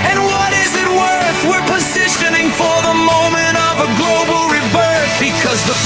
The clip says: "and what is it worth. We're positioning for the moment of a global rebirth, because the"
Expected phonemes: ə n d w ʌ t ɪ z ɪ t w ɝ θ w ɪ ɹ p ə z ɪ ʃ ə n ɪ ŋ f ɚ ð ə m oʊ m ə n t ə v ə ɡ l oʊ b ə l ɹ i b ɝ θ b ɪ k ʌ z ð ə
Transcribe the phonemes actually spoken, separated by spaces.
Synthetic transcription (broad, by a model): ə n w ʌ t ɪ z ɪ t w ɝ θ w ɪ ɹ p ə z ɪ ʃ ə n ɪ ŋ f ɚ ð ə m oʊ m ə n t ə v ə ɡ l oʊ b l ɹ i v ɝ s b ɪ k ʌ z ð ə